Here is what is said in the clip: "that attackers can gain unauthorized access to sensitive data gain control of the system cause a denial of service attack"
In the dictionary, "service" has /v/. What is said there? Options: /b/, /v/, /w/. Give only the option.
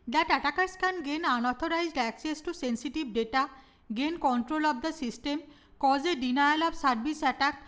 /b/